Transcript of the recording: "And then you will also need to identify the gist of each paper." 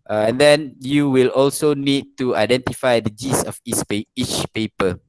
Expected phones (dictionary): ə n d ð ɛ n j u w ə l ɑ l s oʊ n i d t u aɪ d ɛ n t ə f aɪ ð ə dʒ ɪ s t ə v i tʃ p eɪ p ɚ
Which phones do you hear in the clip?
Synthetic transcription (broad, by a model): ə n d ɛ n j u w ə l ɑ l s oʊ n i d t u aɪ d ɛ n t ə f aɪ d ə dʒ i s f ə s i tʃ p eɪ p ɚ